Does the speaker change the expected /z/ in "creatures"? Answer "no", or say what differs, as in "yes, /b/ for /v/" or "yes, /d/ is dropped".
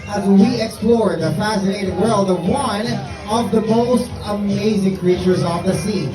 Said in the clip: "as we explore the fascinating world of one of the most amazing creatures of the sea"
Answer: no